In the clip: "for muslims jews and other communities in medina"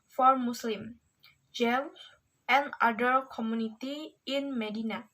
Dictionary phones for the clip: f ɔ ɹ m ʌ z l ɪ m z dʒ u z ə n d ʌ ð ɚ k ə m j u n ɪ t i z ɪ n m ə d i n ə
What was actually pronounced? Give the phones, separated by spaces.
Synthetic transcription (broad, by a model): f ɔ ɹ m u s l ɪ m dʒ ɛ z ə n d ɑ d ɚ k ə m j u n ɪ t i ɪ n m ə d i n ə